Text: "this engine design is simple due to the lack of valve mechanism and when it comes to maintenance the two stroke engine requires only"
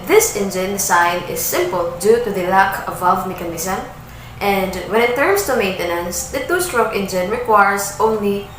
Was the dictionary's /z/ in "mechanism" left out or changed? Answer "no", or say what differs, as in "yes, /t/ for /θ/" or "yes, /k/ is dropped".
yes, /s/ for /z/